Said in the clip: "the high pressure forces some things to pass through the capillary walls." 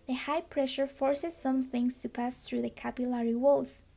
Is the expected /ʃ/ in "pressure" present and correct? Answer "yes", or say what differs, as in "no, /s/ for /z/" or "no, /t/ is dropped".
yes